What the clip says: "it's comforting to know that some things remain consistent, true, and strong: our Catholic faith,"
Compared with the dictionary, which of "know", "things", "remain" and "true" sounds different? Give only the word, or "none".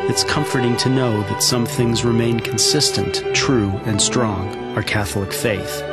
none